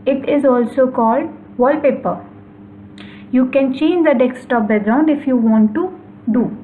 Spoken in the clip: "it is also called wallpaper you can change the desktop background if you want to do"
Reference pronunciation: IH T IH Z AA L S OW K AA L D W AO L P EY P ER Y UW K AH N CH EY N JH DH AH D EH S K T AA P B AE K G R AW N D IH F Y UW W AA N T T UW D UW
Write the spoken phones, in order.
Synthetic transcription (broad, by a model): IH T IH Z AA L S OW K AA L D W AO L P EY P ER Y UW K AH N CH EY N JH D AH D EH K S T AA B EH G R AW N D IH F Y UW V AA N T T UW D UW